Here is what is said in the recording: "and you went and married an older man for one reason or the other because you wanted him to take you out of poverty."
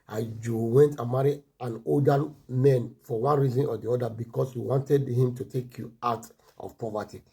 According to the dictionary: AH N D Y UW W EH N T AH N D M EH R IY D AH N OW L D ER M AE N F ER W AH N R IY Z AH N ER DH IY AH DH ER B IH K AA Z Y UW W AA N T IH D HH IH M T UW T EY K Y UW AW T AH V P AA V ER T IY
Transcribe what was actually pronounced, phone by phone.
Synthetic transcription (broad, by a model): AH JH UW W EH N T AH M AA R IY AH N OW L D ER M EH N F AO W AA N R IY Z AH N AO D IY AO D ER B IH K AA S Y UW W AA N T IH D HH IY M T UW T EY K Y UW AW T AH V P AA V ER T IY